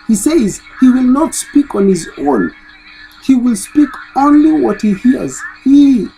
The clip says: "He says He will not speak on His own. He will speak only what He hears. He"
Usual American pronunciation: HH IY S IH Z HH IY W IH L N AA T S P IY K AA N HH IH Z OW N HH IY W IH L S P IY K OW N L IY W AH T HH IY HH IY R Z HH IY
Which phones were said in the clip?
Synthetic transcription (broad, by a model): HH IY S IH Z HH IY W IH L N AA T S P IY K AA N HH IH Z OW N HH IY W IH L S P IY K OW N L IY W AH T HH IY HH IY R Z HH IY